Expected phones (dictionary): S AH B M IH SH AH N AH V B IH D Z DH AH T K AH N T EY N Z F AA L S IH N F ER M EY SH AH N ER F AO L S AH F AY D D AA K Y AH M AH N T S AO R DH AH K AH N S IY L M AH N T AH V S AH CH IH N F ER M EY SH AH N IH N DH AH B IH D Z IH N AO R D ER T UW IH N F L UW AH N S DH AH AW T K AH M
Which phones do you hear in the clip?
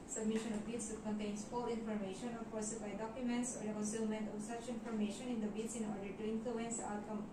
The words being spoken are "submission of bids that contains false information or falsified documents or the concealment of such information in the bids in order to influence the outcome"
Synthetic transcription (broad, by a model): S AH B M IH SH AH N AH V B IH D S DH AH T K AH N T EY N S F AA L IH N F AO M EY SH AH N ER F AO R S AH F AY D D AA K Y AH M AH N T S AO R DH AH K AH N S IY L M AH N T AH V S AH CH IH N F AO M EY SH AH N IH N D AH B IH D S IH N AO R D ER T UW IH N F L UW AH N S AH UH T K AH M